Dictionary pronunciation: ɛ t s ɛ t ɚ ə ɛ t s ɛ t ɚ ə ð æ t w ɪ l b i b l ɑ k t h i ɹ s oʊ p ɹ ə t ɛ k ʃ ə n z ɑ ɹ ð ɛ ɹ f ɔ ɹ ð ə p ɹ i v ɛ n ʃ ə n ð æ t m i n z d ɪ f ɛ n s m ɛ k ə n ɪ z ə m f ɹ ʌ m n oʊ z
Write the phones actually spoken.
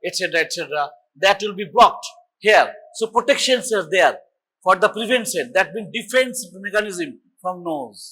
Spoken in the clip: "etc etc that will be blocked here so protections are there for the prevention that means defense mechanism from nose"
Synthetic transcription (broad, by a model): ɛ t s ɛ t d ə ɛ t s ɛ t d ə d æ t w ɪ l b i b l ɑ k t h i ɹ s oʊ p ɹ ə t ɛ k ʃ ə n s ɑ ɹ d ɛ ɹ f ɔ ɹ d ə p ɹ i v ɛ n s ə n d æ t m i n d ɪ f ɛ n s m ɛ k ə n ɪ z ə m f ɹ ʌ m n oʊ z